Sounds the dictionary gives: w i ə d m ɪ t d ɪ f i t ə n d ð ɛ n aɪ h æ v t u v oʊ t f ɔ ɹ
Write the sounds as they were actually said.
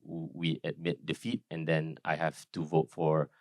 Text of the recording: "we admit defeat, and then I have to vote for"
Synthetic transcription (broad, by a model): w i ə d m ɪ t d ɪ f i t ə n d ɛ n aɪ h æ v t u v oʊ t f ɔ ɹ